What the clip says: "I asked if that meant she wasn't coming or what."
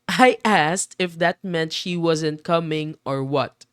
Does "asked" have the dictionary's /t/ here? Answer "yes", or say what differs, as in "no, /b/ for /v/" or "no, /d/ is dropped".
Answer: yes